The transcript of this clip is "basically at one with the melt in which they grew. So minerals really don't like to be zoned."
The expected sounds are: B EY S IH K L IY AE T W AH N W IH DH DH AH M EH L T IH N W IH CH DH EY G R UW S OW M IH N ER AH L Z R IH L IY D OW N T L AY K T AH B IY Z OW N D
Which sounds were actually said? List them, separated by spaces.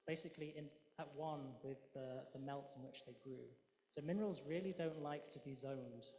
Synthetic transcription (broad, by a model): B EY S IH K L IY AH T W AH N W IH DH DH AH M EH L T IH N W IH CH DH EY G R UW S OW M IH N ER AH L Z R IH L IY D OW N T L AY K T AH B IY Z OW N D